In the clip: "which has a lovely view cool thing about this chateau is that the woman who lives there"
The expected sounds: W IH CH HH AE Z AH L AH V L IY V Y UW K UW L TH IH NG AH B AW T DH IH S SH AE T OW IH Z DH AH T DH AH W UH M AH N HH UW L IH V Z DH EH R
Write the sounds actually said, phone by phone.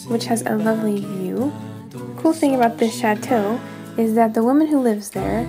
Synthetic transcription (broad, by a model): W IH CH HH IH Z AH L AH V L IY V Y UW K UW L TH IH NG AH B AW T DH IH S SH AE T OW IH Z DH AH T DH AH W UH M AH N HH UW L IH V Z DH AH R